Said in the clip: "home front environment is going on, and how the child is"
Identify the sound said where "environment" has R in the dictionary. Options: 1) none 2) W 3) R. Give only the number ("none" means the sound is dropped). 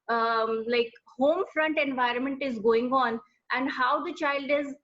3